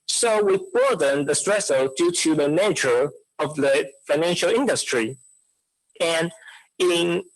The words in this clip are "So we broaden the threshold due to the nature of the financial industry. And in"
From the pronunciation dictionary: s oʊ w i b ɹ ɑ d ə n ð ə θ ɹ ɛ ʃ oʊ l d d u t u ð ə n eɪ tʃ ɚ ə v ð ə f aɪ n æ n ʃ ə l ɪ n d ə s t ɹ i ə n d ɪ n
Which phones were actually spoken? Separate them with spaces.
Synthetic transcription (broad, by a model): s oʊ w i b ɑ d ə n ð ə t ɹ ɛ s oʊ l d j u t u ð ə n eɪ tʃ ɚ ə v ð ə f aɪ n æ n ʃ ə l ɪ n d ə s t ɹ i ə n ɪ n